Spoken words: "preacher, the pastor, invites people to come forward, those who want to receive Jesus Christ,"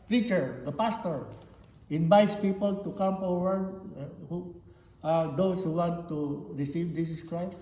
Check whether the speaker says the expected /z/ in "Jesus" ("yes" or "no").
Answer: no